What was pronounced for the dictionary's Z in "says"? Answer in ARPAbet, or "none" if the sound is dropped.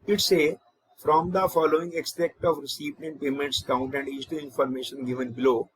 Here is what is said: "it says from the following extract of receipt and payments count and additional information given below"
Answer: none